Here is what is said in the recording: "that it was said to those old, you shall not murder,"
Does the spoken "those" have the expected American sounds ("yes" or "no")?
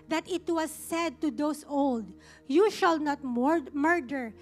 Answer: no